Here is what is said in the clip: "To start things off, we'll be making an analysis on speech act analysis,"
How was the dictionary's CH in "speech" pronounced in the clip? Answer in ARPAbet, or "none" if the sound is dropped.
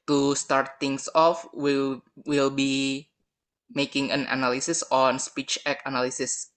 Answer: CH